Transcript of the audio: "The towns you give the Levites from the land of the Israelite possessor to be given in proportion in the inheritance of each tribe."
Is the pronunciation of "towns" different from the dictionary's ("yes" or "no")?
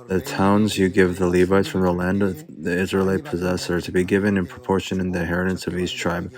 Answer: no